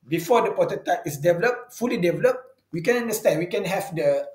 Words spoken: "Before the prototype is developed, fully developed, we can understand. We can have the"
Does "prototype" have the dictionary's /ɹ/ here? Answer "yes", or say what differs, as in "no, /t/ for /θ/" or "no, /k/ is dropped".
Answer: no, /ɹ/ is dropped